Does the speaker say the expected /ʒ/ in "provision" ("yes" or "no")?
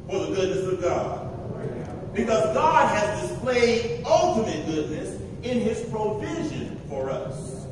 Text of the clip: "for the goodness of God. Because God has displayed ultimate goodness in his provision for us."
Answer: yes